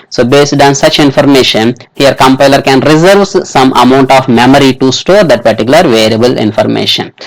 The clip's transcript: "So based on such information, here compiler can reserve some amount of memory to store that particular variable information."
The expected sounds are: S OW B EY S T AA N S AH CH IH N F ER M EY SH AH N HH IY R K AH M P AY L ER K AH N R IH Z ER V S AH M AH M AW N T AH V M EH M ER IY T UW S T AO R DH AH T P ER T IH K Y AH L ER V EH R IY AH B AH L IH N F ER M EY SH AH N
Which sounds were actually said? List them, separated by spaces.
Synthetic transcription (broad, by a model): S OW B EY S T AA N S AH CH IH N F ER M EY SH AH N HH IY R K AH M P AY L ER K AH N R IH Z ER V S AH M AH M AW N T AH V M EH M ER IY T UW S T AO R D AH T P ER T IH K Y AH L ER V EH R IY AH B AH L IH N F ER M EY SH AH N